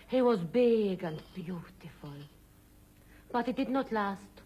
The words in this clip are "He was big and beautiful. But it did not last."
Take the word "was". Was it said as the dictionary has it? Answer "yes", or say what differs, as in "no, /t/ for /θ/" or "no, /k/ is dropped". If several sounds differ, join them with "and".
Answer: yes